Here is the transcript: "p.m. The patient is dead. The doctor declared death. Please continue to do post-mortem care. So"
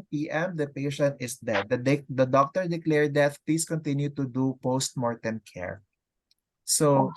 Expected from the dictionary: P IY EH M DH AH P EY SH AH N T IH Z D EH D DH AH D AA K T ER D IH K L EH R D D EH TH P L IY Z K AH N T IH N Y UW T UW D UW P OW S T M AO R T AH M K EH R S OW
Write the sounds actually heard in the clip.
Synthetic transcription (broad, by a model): P IY EH M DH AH P EY SH AH N T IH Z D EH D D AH D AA K T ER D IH K L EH R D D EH T P L IY S K AH N T IH N Y UW T UW D UW P OW S T M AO R T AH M K EH R S OW